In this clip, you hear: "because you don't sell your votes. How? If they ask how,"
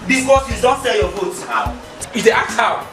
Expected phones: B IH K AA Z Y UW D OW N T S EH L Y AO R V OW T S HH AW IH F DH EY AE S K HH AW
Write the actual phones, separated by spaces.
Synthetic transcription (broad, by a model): B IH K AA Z Y UW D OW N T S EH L Y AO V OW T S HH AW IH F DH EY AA K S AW